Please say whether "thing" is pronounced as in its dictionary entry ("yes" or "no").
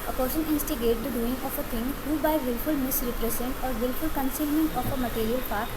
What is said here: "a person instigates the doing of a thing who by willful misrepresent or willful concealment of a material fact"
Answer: no